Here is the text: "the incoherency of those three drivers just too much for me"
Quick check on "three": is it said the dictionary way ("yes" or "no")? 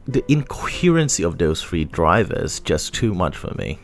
no